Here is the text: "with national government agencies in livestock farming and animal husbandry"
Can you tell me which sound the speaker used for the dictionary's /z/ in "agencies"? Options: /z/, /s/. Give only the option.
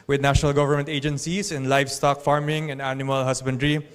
/s/